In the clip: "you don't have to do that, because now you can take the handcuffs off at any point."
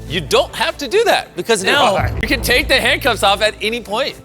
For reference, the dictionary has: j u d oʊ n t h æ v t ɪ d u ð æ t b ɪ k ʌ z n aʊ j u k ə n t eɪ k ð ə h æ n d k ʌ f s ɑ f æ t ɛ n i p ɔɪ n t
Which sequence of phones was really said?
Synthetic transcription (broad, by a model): j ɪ d oʊ n t h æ f t ɪ d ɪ ð æ t b ɪ k ʌ z n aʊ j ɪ k ə n t eɪ k ð ə h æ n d k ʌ p s ɑ f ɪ t ɛ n i p ɔɪ n t